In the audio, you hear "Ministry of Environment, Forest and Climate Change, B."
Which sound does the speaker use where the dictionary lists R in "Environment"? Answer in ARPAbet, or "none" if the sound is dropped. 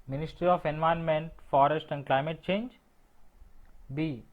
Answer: none